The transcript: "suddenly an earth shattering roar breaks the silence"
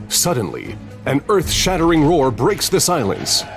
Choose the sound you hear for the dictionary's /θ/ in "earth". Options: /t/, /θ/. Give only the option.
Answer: /θ/